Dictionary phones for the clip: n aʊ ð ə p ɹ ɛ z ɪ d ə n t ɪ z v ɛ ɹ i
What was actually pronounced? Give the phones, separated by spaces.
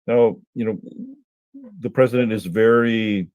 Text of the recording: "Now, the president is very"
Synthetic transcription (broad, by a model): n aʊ ð ə p ɹ ɛ z ɪ d ə n t ɪ z v ɛ ɹ i